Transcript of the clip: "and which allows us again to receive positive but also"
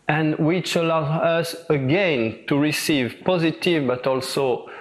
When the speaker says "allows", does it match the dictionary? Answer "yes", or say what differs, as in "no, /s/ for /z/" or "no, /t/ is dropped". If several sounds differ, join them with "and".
no, /z/ is dropped